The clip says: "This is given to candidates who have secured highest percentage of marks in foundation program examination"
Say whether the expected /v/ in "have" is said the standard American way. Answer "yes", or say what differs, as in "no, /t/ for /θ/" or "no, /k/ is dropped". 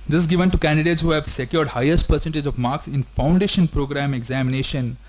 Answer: yes